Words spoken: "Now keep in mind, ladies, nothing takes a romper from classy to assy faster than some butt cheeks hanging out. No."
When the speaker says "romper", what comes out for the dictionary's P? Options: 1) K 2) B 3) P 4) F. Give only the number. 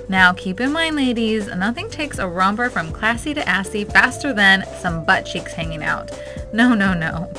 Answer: 2